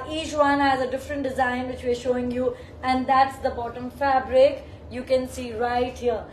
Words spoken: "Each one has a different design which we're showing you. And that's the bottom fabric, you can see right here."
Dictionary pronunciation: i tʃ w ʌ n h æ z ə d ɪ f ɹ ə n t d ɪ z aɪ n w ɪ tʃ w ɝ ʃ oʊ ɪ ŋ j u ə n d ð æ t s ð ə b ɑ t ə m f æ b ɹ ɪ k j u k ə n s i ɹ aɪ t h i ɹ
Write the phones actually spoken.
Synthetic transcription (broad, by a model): i tʃ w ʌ n h æ z ə d ɪ f ɹ ə n t d ɪ z aɪ n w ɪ tʃ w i ʃ oʊ ɪ ŋ j u ə n d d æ t s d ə b ɑ t ə m f æ b ɹ ɪ k j u k ə n s i ɹ aɪ t h i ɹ